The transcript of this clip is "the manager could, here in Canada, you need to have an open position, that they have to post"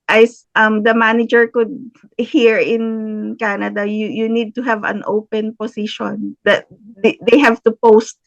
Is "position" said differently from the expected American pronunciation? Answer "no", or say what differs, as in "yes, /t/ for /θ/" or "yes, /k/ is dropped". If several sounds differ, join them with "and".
yes, /s/ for /z/